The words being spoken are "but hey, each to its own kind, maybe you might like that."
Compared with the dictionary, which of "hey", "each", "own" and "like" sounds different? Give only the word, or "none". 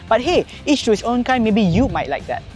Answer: each